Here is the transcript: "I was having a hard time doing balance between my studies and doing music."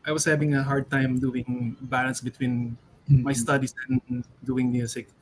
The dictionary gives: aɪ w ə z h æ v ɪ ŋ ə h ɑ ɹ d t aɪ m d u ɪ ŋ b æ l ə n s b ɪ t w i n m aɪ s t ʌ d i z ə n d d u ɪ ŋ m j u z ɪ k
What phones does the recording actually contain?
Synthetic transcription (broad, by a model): aɪ w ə s h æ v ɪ ŋ ə h ɑ ɹ d t aɪ m d u ɪ ŋ b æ l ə n s b ɪ t w i n m aɪ s t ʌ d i s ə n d d u ɪ ŋ m j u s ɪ k